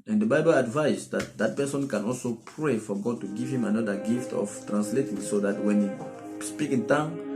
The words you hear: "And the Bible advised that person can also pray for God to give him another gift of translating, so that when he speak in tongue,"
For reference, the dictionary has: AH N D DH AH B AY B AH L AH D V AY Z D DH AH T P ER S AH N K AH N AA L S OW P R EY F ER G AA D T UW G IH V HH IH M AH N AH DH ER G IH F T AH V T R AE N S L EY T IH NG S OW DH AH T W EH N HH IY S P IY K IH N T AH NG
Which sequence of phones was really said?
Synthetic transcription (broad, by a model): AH N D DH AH B AY B AH L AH D V AY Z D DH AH T P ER S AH N K AH N AA L S OW P R EY F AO G AA D T UW G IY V HH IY M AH N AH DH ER G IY F T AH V T R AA N S L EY T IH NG S OW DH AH T W EH N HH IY S P IY K IH N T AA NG